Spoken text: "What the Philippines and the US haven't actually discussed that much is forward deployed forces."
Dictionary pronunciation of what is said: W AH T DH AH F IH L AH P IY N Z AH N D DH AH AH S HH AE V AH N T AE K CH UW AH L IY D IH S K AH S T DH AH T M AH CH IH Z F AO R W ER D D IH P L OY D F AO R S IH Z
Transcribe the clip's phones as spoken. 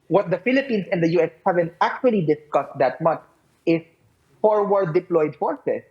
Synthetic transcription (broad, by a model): W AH T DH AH F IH L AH P IY N S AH N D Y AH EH S HH AE V AH N T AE K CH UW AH L IY D IH S K AH S T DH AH T M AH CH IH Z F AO R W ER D D IH P L OY D F AO R S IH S